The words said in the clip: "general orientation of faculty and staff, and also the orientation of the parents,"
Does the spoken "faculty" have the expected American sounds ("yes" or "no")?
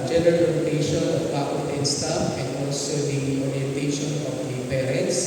no